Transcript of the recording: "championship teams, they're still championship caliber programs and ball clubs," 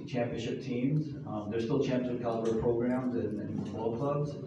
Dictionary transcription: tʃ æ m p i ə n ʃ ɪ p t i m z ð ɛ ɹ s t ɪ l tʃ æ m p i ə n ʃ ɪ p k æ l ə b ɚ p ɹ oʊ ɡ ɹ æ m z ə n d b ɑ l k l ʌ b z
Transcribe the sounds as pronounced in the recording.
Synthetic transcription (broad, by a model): tʃ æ m p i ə n ʃ ɪ p t i m z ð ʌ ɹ s t ɪ l tʃ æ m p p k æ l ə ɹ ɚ p ɹ oʊ ɡ ɹ æ m z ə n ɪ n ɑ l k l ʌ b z